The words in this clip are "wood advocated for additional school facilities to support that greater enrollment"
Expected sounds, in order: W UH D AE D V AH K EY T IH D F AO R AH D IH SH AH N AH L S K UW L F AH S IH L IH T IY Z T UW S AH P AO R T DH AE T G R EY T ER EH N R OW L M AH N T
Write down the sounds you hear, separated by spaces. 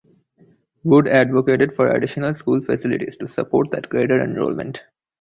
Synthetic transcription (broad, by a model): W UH D AE D V AH K EY T IH D F AO R AH D IH SH AH N AH L S K UW L F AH S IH L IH T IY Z T UW S AH P AO R T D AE T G R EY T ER EH N R OW L M AH N T